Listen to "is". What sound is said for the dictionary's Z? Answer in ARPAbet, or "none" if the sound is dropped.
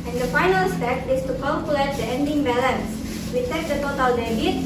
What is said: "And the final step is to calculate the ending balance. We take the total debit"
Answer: S